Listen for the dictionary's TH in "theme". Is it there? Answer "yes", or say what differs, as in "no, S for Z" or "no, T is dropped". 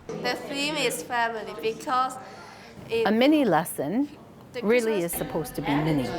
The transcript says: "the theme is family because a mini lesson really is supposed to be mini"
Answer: no, F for TH